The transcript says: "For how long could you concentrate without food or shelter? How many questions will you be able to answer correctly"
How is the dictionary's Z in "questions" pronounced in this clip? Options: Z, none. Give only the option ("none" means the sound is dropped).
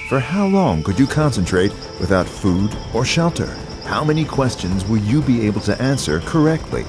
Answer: Z